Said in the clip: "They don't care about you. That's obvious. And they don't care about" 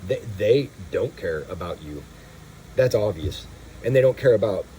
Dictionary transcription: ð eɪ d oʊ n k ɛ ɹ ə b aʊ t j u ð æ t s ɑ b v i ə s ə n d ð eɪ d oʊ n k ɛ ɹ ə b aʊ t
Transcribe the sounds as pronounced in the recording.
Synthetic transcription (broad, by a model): ð eɪ d oʊ n k ɛ ɹ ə b aʊ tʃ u ð æ t s ɑ v i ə s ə n ð eɪ d oʊ n k ɛ ɹ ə b aʊ t